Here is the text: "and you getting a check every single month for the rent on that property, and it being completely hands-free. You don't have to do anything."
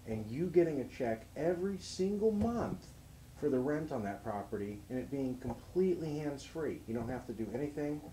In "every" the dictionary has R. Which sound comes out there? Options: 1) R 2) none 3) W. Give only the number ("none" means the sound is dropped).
1